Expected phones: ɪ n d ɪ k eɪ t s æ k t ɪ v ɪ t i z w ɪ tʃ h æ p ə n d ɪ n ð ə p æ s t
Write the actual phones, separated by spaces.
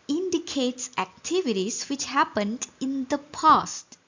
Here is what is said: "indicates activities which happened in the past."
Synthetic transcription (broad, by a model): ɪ n d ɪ k eɪ t s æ k t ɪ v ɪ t i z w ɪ tʃ h æ p ə n d ɪ n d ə p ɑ s t